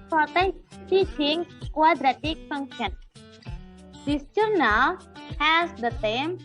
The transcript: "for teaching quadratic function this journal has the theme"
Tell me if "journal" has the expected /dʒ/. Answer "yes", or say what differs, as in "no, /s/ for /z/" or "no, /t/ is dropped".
no, /tʃ/ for /dʒ/